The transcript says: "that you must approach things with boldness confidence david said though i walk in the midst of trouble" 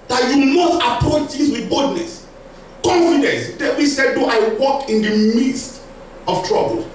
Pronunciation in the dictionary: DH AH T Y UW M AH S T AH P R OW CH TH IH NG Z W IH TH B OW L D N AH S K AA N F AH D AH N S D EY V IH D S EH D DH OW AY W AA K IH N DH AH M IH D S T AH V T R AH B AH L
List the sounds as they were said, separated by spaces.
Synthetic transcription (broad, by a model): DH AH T Y UW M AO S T AH P R OW CH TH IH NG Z W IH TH B OW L D N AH S K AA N F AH D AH N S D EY W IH S EH D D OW AY W AA K IH N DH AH M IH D S T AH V T R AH B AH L